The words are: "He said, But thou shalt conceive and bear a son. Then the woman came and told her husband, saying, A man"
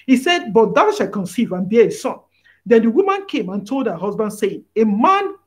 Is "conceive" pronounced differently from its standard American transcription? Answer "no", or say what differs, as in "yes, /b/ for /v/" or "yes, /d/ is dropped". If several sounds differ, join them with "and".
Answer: no